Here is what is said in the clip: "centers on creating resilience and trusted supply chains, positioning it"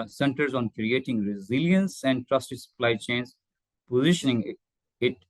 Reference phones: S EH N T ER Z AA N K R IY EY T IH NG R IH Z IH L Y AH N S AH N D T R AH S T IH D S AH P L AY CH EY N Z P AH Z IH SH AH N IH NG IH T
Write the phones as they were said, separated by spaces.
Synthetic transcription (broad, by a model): S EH N T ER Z AA N K R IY EY T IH NG R IH Z IH L Y AH N S AH N D T R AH S T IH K S AH P L AY CH EY N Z P AH Z IH SH AH N IH NG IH T